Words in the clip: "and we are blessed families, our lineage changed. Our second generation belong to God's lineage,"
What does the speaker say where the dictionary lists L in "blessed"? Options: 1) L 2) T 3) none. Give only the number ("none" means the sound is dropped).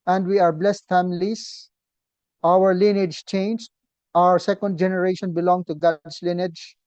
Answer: 1